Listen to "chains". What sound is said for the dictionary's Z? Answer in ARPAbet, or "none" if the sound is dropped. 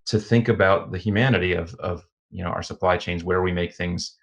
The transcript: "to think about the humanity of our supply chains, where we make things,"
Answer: Z